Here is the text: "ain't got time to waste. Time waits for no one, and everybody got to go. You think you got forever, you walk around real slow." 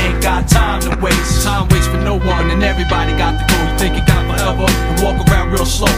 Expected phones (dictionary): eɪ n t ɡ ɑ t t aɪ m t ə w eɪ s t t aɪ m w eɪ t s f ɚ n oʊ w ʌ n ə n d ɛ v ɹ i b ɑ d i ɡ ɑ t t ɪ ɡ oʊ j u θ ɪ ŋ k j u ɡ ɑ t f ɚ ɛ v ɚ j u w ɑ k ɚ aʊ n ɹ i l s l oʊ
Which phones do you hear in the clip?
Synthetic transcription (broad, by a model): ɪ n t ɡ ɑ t t aɪ m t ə w eɪ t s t aɪ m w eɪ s f ɚ n oʊ w ʌ n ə n ɛ v ɹ i b ɑ d i ɡ ɑ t t ɪ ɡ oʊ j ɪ θ ɪ ŋ k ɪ ɡ ɑ t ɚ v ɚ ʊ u w ɑ k ɚ aʊ n ɹ i l s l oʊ